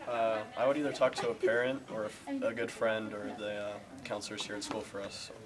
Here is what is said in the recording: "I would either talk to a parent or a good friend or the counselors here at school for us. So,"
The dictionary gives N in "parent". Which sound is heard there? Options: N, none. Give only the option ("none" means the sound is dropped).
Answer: N